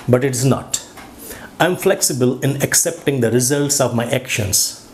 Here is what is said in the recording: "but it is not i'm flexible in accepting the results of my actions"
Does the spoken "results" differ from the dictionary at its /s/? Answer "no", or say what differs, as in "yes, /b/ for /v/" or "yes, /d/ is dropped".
no